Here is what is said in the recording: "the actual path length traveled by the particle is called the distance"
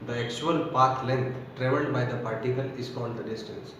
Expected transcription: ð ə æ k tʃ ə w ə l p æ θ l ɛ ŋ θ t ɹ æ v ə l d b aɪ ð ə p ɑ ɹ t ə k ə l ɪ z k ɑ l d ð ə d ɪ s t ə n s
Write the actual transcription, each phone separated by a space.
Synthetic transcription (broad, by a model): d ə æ k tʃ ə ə l p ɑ t l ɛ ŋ t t ɹ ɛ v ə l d b aɪ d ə p ɑ ɹ t ə k ə l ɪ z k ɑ n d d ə d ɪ s t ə n s